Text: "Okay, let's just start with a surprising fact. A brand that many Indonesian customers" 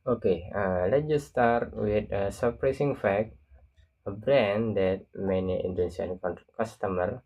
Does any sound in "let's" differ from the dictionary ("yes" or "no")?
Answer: yes